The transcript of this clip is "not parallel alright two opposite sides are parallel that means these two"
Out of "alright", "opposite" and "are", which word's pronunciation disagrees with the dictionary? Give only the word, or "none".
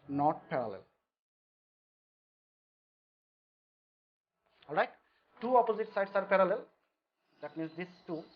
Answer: none